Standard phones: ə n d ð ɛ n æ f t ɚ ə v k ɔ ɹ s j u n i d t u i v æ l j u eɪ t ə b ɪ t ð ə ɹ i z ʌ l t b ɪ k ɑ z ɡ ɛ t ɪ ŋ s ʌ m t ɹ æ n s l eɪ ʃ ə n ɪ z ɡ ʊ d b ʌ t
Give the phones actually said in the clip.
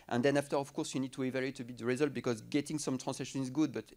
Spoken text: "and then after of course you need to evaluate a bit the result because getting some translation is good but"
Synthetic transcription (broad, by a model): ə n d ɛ n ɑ f t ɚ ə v k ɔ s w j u n i d t u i v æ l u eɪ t ə b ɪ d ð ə ɹ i z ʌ l t b ɪ k ɑ z ɡ ɛ t ɪ ŋ s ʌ m t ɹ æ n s eɪ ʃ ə n ɪ z ɡ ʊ d b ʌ t